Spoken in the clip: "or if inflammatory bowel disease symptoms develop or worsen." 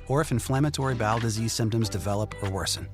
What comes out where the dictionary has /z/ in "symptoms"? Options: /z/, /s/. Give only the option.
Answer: /z/